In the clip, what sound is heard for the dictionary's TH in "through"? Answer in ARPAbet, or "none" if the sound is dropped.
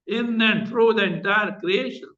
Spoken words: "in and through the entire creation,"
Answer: F